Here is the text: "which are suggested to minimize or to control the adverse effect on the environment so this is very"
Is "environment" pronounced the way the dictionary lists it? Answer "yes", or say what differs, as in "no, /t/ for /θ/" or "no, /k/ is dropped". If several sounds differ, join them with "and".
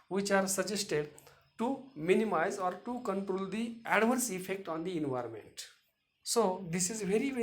yes